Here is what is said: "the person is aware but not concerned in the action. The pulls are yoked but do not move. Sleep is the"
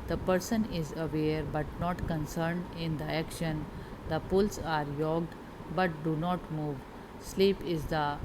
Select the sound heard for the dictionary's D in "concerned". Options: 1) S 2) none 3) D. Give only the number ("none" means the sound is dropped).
3